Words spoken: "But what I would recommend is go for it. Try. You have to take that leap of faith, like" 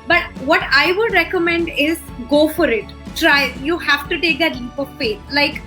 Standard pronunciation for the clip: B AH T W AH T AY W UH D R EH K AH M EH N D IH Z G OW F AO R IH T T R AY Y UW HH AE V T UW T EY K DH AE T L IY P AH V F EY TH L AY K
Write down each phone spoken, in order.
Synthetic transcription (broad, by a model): B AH T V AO T AY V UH D R EH K AH M EH N D IH Z G OW F AO R IH T T R AY Y UW HH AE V T UW T EY K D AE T L IY P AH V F EY T L AY K